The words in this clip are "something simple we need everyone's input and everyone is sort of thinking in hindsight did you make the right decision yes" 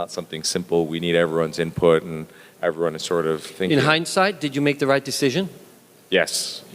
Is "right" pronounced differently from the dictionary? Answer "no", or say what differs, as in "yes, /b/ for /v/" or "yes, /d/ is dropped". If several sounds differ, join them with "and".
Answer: no